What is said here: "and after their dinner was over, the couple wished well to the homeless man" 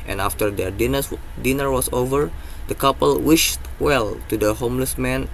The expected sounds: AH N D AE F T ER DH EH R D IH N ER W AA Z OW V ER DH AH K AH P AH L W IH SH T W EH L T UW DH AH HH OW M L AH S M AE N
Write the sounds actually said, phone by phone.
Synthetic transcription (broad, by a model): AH N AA F T ER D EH R D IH N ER W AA S OW V ER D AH K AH P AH L W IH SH T W EH L T UW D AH HH OW M L AH S M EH N